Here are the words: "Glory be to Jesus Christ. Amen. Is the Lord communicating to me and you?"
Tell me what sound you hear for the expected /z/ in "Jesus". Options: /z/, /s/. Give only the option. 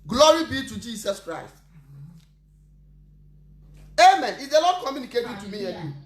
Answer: /s/